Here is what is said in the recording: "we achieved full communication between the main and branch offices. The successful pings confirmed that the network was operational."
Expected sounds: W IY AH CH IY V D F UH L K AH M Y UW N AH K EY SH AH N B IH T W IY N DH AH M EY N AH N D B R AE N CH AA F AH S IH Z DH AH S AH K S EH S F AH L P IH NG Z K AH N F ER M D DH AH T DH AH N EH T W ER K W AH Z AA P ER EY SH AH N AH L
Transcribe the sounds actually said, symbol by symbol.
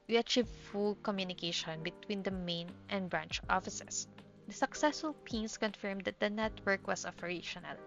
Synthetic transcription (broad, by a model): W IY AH CH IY V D F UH L K AH M Y UW N AH K EY SH AH N B IH T W IY N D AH M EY N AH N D B R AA N CH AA F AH S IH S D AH S AH K S EH S F AH L P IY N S K AH N F ER M D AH T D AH N EH T W ER K W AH S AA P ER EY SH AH N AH L